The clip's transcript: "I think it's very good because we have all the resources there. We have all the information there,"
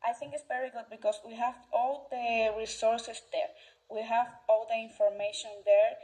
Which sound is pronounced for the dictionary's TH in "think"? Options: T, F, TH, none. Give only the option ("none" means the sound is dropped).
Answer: TH